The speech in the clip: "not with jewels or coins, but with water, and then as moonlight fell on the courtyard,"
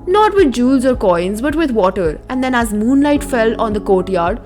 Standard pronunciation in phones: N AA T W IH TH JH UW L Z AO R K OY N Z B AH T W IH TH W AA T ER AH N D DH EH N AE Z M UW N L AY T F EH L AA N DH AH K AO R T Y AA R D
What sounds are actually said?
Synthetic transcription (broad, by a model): N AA T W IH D JH UW L Z AO R K OY N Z B AH T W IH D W AA T ER AH N D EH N AE Z M UW N L AY T F EH L AA N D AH K AO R T Y AA R D